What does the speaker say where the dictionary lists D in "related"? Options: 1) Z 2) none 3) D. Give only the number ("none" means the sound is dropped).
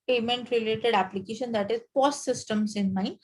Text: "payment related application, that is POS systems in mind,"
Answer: 3